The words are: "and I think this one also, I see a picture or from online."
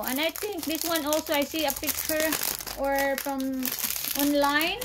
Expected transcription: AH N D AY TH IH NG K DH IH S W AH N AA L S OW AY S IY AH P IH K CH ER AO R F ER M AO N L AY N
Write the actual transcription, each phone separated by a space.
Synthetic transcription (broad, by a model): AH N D AY T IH NG K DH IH S W AH N AA L S OW AY S IY AH P IH K CH ER AO R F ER M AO N L AY N